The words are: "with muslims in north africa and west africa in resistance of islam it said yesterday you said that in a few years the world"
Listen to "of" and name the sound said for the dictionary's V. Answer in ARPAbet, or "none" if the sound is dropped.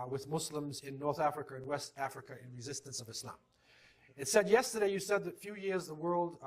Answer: V